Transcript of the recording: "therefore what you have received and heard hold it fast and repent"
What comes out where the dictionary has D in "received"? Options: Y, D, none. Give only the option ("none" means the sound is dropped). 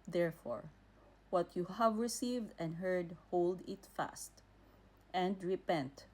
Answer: D